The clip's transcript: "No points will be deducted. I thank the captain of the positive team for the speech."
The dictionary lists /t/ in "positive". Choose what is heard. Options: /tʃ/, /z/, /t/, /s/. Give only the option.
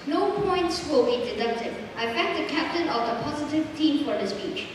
/t/